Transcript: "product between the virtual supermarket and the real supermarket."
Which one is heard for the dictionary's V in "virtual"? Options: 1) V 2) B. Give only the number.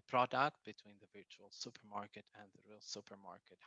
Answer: 1